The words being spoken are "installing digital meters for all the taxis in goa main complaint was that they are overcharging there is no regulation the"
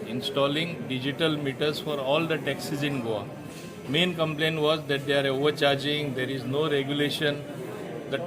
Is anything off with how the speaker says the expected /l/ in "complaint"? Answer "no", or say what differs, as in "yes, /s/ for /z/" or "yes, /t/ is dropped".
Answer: no